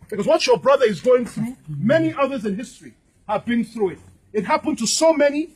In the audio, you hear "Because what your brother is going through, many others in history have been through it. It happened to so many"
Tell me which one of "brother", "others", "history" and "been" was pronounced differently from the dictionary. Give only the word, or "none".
none